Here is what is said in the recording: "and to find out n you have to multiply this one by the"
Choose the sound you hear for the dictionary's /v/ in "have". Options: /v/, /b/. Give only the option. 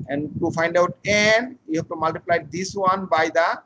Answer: /b/